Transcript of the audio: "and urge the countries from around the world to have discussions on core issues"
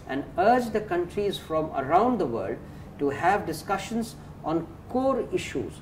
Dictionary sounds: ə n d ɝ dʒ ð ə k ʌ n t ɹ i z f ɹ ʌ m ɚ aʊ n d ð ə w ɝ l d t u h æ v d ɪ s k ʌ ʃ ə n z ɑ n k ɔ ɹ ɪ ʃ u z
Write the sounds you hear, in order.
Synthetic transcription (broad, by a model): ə n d ɝ dʒ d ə k ʌ n t ɹ i z f ɹ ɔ m ɚ aʊ n d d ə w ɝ l d t u h æ v d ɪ s k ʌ ʃ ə n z ɑ n k ɔ ɹ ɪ ʃ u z